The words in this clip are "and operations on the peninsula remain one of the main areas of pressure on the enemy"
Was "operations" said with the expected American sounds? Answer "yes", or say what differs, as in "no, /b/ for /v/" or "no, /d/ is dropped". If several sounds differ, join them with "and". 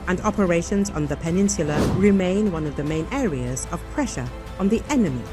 yes